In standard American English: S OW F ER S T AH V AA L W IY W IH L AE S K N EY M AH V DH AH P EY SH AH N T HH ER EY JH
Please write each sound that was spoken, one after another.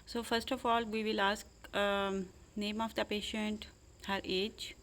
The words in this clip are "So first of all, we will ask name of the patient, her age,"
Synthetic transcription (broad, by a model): S OW F ER S T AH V AA L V IY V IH L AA S K N EY M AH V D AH P EY SH AH N T HH ER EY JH